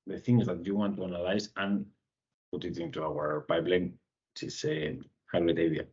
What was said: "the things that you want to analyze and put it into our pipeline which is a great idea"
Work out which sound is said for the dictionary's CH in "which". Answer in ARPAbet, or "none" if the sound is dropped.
S